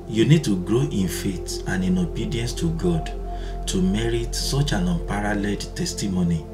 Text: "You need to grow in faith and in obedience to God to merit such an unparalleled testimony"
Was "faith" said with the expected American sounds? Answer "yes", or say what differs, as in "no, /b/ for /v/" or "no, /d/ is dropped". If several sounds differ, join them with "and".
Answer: no, /t/ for /θ/